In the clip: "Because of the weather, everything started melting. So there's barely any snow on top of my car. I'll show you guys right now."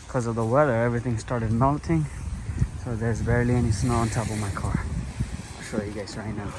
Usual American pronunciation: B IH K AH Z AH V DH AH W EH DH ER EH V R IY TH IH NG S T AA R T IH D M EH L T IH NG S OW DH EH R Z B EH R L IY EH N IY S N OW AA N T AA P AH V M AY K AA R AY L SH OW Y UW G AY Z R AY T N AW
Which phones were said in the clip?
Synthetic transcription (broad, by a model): K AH Z AH V DH AH W EH DH ER EH V R IY TH IH NG S T AA R T IH D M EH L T IH NG S OW DH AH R Z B EH R L IY EH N IY S N OW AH N T AA P AH V M AY K AA R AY SH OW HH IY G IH S R AY T N AW